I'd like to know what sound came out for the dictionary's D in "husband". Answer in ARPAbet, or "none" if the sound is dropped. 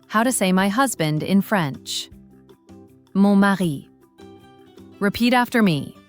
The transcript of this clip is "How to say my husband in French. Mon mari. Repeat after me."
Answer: D